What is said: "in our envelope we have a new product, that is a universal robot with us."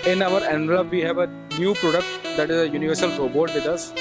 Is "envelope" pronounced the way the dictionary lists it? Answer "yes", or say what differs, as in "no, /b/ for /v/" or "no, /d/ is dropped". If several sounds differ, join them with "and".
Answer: no, /v/ is dropped